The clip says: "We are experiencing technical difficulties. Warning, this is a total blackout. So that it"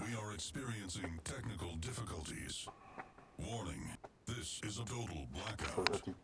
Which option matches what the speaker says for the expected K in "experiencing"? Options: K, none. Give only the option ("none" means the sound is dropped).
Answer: K